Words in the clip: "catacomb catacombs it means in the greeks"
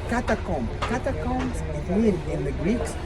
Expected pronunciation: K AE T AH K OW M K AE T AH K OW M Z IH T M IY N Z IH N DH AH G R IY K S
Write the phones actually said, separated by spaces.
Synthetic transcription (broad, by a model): K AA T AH K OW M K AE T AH K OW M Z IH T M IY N IH N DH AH G R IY K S